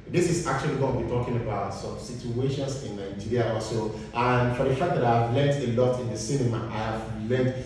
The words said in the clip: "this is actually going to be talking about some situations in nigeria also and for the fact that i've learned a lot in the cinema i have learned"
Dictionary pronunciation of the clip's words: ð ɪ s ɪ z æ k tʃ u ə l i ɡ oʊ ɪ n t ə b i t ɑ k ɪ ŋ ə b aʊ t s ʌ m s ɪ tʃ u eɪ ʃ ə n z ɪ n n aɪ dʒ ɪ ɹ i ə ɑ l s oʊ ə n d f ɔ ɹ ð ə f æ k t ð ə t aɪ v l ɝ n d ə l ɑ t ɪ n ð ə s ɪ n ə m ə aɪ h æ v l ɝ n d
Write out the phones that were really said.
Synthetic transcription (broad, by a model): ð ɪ s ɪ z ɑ k tʃ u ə l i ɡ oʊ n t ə b i t ɑ k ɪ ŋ ə b aʊ t s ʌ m s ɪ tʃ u eɪ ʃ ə n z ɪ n n aɪ dʒ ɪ ɹ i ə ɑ s oʊ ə n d f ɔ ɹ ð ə f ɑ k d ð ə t aɪ v l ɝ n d ə l ɑ t ɪ n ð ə s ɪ n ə m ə aɪ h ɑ v l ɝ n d